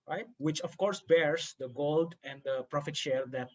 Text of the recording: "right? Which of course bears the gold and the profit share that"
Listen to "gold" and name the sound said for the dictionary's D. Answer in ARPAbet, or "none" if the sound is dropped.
D